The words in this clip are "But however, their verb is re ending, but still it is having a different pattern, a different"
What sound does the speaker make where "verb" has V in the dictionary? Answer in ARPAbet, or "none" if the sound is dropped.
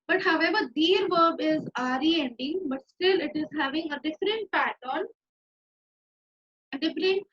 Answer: V